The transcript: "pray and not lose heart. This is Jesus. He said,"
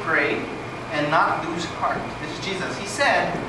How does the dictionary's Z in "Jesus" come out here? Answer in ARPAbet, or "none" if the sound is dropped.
Z